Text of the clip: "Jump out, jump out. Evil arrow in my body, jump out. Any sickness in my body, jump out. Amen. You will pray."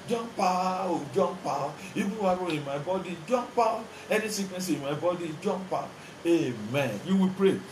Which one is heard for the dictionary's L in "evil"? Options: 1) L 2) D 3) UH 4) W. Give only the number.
4